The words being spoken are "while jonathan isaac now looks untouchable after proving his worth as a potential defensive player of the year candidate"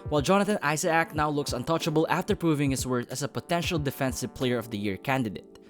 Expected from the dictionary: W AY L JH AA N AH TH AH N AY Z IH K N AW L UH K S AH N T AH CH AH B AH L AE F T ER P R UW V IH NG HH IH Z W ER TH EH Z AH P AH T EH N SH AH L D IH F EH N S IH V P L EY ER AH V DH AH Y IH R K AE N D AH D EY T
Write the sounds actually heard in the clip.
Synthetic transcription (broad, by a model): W AY L JH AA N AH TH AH N AY S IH K N AW L UH K S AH N T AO CH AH B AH L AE F T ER P R UW V IH NG HH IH S W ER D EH S AH P AH T EH N SH AH L D IH F EH N S IH V P L EY ER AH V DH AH Y IH R K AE N D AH D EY T